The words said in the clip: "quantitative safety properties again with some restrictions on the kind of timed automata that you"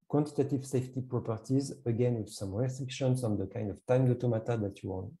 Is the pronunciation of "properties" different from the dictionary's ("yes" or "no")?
no